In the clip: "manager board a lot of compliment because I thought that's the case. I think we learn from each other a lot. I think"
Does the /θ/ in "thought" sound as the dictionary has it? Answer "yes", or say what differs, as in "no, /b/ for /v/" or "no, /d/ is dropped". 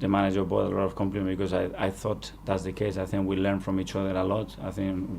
yes